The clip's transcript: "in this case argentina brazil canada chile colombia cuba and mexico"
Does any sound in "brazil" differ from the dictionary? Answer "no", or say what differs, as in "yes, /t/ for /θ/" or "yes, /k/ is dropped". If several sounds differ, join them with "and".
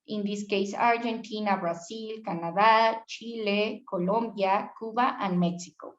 yes, /s/ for /z/